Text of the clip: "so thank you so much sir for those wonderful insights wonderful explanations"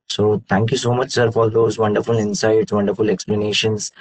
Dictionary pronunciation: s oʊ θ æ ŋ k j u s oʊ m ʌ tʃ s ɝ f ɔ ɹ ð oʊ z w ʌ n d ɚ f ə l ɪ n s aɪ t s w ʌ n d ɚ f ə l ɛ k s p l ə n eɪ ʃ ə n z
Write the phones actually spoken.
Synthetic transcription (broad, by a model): s oʊ t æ ŋ k j u s oʊ m ʌ tʃ s ɝ f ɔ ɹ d oʊ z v ʌ n d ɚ f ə l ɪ n s aɪ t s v ʌ n d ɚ f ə l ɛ k s p l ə n eɪ ʃ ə n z